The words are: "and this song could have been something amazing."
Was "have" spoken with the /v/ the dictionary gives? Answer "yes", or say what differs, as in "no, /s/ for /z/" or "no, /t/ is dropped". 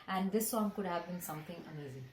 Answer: yes